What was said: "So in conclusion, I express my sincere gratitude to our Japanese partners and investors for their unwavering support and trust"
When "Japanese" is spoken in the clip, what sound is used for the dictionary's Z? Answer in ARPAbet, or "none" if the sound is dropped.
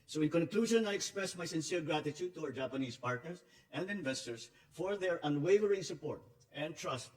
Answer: S